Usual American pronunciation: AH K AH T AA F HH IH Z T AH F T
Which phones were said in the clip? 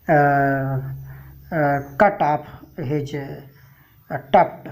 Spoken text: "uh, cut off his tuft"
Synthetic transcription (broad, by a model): K AH T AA P HH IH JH T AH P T